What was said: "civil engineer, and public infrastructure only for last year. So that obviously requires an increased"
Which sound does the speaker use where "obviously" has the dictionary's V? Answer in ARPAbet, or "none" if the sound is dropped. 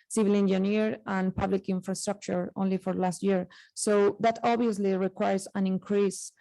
none